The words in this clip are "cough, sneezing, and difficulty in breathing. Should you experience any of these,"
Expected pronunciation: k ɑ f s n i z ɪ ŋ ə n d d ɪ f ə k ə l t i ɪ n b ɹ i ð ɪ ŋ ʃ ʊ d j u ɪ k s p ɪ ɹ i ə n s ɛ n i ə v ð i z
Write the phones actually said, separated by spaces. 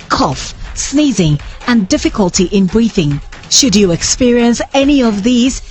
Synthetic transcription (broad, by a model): k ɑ f s n i z ɪ ŋ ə n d d ɪ f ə k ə l t i ɪ n b ɹ i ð ɪ ŋ ʃ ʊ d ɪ ɪ k s p ɪ ɹ i ə n s ɛ n i ə v ð i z